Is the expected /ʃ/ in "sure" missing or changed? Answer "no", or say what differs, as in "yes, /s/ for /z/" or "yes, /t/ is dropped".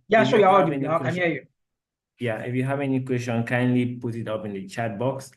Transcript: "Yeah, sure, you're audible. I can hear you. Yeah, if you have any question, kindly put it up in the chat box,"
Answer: yes, /s/ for /ʃ/